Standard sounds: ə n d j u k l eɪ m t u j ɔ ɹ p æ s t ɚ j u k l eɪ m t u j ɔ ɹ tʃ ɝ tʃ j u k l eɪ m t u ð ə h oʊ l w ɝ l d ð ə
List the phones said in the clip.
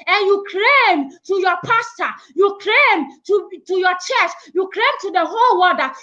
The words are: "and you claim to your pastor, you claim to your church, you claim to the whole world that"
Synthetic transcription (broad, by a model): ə n j u k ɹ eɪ m t u j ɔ p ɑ s t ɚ j u k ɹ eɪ m t u j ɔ tʃ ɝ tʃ j u k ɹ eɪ m t u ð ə h oʊ l w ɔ d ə